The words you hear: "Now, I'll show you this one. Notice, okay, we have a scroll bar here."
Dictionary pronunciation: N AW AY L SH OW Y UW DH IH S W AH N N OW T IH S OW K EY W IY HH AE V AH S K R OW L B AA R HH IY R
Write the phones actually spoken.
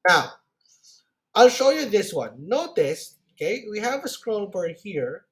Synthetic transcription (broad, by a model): N AW AY L SH OW Y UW DH IH S W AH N N OW T IH S OW K EY W IY HH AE V AH S K R OW L B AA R HH IY R